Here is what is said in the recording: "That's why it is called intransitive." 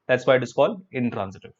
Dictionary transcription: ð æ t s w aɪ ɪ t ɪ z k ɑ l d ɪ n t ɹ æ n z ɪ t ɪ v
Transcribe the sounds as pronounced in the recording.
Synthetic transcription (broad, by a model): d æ t s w aɪ ɪ t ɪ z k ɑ l ɪ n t ɹ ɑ n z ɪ t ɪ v